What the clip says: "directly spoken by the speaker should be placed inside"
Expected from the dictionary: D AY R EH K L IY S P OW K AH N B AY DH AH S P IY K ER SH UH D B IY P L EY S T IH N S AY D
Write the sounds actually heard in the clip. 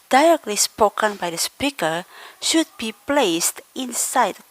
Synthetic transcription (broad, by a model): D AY R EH K L IY S P OW K AH N B AY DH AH S P IY K ER SH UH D B IY P L EY S T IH N S AY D